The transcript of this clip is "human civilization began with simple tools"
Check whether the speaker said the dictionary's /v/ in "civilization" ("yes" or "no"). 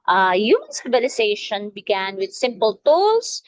no